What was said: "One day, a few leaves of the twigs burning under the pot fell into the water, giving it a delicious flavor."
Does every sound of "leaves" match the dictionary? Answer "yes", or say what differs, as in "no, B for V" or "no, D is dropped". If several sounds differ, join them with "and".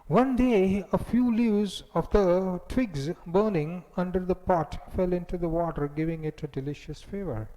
no, V is dropped